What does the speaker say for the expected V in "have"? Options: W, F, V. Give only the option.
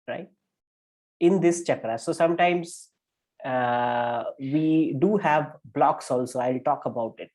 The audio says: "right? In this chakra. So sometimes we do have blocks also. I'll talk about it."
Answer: V